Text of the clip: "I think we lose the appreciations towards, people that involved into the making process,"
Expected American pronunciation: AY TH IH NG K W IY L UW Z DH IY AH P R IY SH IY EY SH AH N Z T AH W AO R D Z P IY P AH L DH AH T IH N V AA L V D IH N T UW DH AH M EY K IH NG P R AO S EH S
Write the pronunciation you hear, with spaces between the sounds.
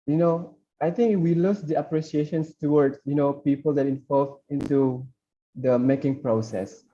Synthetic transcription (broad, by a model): AY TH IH NG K W IY L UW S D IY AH P R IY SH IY EY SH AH N S T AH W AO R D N P IY P AH L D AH T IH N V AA L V IH N T UW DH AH M EY K IH NG P R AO S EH S